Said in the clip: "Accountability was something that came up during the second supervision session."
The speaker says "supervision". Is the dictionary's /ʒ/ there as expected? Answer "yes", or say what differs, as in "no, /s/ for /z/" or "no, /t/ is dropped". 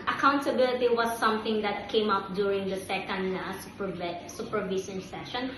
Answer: no, /s/ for /ʒ/